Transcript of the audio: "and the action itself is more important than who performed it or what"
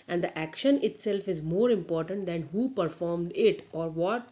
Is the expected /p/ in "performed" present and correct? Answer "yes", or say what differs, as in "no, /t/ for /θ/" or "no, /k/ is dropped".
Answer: yes